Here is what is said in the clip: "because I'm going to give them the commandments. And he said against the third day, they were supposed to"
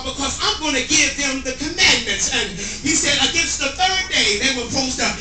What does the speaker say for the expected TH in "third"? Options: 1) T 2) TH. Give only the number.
2